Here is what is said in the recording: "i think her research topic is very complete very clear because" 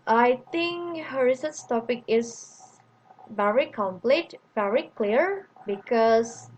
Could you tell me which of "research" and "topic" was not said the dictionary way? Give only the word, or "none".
research